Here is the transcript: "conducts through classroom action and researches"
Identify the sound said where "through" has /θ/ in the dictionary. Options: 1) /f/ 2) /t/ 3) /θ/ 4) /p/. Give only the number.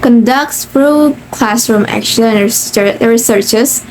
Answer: 1